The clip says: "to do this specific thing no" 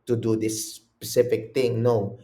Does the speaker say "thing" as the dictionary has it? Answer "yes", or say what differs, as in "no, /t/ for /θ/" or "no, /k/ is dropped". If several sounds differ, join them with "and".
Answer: no, /t/ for /θ/